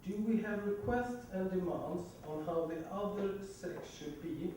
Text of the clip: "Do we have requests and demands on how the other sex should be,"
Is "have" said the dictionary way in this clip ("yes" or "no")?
yes